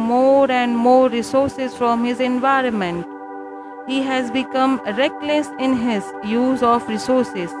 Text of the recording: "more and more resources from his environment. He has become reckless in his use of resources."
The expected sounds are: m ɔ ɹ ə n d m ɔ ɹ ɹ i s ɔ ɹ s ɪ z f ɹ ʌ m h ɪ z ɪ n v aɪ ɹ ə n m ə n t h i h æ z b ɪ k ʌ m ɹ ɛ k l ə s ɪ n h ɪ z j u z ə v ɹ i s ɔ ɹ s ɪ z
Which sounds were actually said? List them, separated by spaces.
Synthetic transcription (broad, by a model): m ɔ ɹ ə n d m ɔ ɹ ɹ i s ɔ ɹ s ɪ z f ɹ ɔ m h ɪ z ɪ n v aɪ ɹ ə n m ə n t h i h æ z b ɪ k ʌ m ɹ ɛ k l ə s ɪ n h ɪ z j u z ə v ɹ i s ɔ ɹ s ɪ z